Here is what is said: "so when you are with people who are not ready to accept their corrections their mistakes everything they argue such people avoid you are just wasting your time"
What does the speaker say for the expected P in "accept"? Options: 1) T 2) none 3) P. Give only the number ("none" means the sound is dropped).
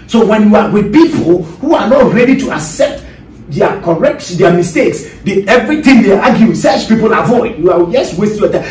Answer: 3